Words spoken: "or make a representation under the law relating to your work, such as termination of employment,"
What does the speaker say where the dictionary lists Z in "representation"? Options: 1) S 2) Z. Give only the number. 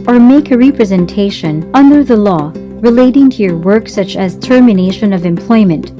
2